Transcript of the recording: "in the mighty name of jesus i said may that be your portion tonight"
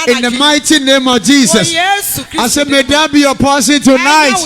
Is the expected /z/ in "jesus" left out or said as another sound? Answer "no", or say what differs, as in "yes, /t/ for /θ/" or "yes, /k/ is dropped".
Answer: yes, /s/ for /z/